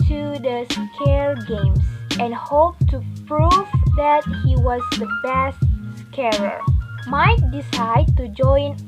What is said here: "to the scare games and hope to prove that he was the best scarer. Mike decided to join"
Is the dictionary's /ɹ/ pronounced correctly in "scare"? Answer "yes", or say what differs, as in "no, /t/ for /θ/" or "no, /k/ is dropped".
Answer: no, /l/ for /ɹ/